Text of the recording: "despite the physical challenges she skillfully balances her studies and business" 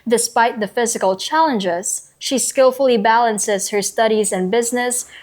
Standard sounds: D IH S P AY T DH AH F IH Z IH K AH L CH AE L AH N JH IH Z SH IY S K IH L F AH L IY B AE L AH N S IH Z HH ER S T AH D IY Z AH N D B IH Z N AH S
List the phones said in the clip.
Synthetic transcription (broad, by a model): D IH S P AY T DH AH F IH Z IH K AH L CH AE L AH N JH IH Z SH IY S K IH L F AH L IY B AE L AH N S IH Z HH ER S T AH D IY Z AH N B IH Z N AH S